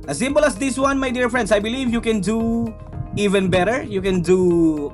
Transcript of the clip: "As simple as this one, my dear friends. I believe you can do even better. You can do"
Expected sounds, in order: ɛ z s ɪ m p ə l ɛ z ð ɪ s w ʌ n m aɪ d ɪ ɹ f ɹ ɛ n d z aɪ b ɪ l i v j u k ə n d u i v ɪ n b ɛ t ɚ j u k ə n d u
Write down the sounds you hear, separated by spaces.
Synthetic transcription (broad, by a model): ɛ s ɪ m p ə l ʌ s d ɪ s w ʌ n m aɪ d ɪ ɹ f ɹ ɛ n d s aɪ b ɪ l i v j u k ə n d u i v ɪ n b ɛ t ɚ j u k ə n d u